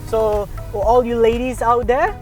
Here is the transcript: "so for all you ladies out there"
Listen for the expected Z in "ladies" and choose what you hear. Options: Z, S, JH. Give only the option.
Z